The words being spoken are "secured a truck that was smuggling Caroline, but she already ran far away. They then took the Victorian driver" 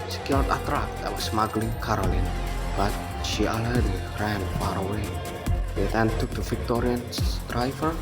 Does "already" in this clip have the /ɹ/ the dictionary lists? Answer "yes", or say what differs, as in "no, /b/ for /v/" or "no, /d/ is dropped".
no, /ɹ/ is dropped